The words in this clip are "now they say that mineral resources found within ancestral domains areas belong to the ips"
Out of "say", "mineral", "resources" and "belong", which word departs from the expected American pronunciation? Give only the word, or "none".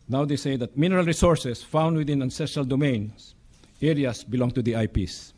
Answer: resources